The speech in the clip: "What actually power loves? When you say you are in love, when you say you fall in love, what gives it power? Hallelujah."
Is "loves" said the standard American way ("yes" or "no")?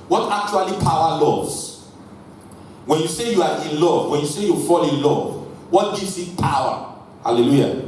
no